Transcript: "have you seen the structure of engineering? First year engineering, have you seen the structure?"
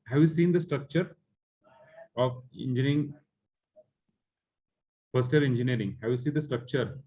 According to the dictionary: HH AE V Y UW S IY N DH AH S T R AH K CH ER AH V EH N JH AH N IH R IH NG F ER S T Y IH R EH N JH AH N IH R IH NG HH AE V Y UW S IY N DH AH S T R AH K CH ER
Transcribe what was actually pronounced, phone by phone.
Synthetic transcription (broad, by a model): HH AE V Y UW S IY N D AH S T R AH K CH ER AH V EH N JH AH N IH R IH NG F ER S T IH L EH N JH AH N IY R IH NG HH AE V Y UW S IY N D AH S T R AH K CH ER